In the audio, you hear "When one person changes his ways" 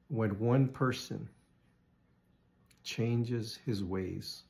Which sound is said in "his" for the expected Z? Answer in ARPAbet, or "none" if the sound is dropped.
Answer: Z